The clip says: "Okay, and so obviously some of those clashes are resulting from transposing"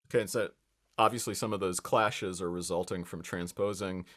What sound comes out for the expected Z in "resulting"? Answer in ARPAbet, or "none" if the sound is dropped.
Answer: Z